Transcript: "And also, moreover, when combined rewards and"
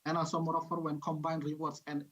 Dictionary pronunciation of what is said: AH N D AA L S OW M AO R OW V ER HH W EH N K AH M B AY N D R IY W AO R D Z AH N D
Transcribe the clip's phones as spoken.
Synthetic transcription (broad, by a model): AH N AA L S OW M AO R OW F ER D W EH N K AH M B AY N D R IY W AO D S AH N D